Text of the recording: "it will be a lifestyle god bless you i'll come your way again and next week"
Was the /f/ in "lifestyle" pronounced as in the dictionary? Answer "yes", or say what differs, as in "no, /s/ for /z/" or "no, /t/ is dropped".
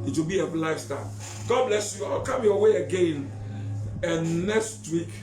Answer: no, /f/ is dropped